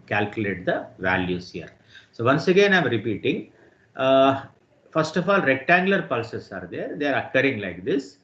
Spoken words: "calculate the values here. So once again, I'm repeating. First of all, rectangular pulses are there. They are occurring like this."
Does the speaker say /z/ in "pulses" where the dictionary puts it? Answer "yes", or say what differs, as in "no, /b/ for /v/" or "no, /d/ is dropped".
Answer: no, /s/ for /z/